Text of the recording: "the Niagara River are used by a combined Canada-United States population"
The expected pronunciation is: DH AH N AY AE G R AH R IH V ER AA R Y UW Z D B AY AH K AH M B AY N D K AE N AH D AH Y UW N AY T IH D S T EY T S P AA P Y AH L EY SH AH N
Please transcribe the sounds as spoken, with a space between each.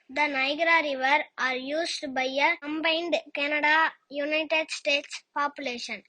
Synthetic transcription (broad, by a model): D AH N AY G R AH R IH V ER AA R Y UW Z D B AY AH K AH M B AY N D K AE N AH D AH Y UW N AY T IH D S T EY T S P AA P Y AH L EY SH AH N